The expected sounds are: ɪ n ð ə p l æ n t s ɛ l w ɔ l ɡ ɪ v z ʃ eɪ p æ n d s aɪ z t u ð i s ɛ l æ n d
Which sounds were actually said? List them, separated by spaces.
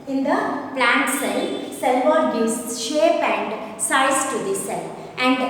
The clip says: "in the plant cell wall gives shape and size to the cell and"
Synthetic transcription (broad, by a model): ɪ n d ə p l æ n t s ɛ l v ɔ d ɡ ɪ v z ʃ eɪ p æ n d s aɪ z t u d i s ɛ l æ n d